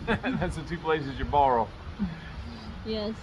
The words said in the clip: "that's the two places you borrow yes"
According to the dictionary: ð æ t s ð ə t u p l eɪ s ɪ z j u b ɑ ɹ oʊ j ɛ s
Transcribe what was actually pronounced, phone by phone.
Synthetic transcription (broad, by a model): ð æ t s ð ə t u p l eɪ s ɪ z j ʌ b ɑ ɹ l j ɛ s